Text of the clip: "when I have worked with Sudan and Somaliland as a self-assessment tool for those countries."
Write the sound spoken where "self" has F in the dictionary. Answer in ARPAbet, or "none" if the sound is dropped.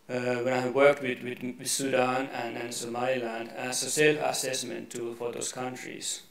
none